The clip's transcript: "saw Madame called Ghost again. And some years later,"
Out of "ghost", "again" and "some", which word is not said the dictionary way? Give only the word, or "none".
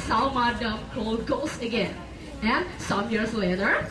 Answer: ghost